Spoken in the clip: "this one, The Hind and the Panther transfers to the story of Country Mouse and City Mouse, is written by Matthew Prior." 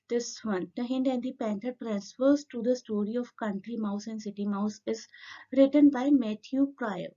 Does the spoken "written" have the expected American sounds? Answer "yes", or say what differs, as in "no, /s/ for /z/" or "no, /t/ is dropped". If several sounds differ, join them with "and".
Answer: yes